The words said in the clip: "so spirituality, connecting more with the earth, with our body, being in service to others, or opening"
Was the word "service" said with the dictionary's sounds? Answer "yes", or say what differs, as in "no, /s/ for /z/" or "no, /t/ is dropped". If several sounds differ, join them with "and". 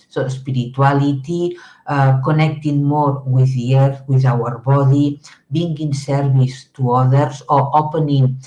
no, /b/ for /v/